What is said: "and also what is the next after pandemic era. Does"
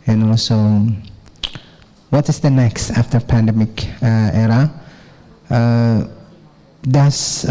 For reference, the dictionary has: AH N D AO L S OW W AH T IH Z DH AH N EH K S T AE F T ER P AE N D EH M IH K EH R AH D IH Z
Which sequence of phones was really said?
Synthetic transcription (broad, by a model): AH N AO S OW W AH T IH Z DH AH N EH K S T AE F T ER P AE N D EH M IH K EH R AH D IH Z